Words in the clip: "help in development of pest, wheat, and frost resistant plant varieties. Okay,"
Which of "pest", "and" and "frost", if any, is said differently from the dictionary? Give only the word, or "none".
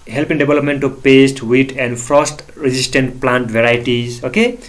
frost